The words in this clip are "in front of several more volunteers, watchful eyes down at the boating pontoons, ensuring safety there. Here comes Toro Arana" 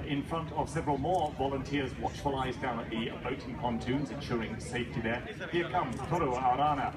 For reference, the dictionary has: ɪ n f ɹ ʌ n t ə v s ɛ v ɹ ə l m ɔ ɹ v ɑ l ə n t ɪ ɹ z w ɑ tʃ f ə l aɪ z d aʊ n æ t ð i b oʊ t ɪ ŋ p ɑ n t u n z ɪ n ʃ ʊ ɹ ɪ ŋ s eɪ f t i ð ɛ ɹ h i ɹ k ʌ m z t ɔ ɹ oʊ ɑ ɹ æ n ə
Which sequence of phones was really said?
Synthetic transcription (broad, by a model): ɪ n f ɹ ʌ n t ə v s ɛ v ɹ ə l m ɔ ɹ v ɑ l ə n t ɪ ɹ z w ɑ tʃ f ə l aɪ z d aʊ n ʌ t ð i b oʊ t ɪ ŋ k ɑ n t u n z ɪ n ʃ ʊ ɹ ɪ ŋ s eɪ f t i ð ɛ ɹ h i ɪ k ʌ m t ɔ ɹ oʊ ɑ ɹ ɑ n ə